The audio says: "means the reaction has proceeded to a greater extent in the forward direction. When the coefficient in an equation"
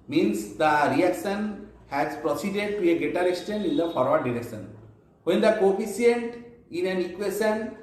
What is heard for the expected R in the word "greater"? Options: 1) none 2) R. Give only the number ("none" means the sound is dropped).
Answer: 1